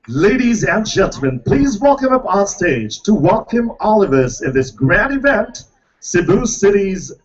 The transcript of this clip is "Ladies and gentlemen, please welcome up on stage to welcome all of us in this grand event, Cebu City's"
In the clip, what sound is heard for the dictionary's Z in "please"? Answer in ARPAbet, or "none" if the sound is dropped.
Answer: Z